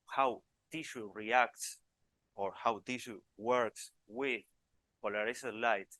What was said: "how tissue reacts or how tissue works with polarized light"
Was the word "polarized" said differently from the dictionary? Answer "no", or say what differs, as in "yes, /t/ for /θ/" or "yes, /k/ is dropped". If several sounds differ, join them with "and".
yes, /s/ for /z/